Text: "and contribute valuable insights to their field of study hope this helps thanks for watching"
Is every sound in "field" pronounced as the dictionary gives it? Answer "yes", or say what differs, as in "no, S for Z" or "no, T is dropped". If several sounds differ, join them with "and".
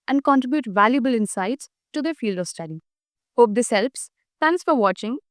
yes